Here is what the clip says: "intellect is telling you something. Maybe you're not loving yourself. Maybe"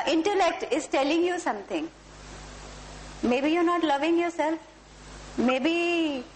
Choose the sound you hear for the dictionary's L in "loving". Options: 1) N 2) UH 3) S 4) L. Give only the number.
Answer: 4